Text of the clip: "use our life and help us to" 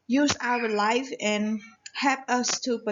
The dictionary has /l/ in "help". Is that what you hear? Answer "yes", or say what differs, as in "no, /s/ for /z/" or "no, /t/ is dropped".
yes